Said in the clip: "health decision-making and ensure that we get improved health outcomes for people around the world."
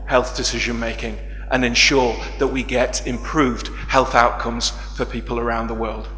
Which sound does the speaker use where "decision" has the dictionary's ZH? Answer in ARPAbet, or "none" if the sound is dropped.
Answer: ZH